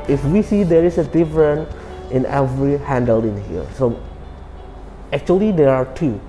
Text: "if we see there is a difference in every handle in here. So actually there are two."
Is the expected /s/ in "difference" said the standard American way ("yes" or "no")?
no